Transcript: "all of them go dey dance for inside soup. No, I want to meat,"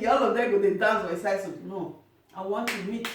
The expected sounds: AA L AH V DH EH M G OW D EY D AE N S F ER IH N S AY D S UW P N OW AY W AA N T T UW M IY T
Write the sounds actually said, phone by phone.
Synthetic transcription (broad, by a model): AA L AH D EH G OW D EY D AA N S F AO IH S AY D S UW N OW AY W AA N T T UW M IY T